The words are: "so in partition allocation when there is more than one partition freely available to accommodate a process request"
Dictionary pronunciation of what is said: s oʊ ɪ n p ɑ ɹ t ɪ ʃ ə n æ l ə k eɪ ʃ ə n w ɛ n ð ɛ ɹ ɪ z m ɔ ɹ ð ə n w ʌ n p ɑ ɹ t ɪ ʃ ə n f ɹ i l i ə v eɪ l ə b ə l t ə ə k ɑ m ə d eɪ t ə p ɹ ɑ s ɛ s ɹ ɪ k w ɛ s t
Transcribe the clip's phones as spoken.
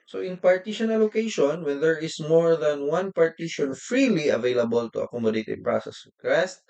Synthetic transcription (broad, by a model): s oʊ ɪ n p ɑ ɹ t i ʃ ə n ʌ l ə k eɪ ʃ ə n w ɛ n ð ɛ ɹ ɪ s m ɔ ɹ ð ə n w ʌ n p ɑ ɹ t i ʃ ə n f ɹ i l i ə v eɪ l ə b ə l t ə ə k ɑ m ə d eɪ t ə p ɹ ɑ s ɛ s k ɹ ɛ s t